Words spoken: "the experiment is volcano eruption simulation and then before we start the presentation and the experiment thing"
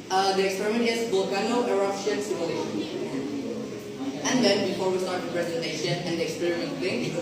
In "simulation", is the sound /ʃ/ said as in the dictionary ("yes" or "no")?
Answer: no